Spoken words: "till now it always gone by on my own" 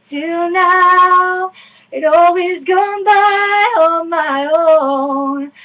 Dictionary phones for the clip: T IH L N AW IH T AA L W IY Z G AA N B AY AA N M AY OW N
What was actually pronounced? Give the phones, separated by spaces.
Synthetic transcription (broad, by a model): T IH N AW IH T AA L W IY Z G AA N B AY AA M AY OW N